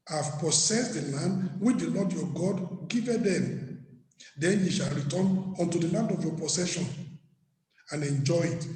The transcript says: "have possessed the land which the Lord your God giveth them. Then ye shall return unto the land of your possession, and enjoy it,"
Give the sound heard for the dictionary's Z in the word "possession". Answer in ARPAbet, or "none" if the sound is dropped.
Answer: S